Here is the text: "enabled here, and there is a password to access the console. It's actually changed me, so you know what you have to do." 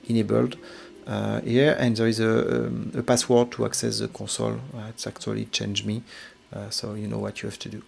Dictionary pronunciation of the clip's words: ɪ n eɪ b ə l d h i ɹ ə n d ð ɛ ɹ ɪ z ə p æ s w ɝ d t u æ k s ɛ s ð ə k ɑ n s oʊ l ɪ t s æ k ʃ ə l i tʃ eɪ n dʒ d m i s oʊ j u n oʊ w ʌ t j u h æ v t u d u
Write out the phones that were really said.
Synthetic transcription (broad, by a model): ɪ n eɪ b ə l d h i ɹ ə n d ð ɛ ɹ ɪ z ə p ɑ s w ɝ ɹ t u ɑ k s ɛ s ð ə k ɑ s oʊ l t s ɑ k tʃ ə l i tʃ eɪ n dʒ m i s oʊ j u n oʊ w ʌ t j u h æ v t u d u